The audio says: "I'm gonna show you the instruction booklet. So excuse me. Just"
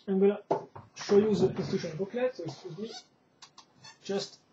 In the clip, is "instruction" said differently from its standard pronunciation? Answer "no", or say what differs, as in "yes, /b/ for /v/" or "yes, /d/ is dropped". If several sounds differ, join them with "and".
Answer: yes, /ɹ/ is dropped and /k/ is dropped